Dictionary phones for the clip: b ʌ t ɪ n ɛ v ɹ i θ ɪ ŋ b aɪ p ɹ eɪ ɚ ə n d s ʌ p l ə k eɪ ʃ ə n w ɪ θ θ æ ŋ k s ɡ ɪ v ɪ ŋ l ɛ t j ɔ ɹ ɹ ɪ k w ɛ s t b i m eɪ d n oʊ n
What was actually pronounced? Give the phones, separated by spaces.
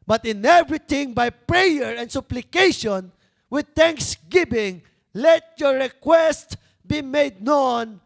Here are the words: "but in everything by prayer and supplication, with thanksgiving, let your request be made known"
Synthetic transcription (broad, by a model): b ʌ t ɪ n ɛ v ɹ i t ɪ ŋ b aɪ p ɹ eɪ ɚ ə n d s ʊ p l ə k eɪ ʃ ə n w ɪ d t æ ŋ k s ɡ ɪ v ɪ ŋ l ɛ t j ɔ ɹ ɹ ɪ k w ɛ s t b i m eɪ d n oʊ n